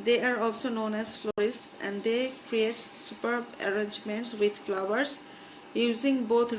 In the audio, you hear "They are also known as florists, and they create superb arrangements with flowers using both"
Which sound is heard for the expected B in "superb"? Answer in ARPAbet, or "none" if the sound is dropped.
B